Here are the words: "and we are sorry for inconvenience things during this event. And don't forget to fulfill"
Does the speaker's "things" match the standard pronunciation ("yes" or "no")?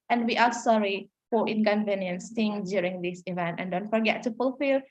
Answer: no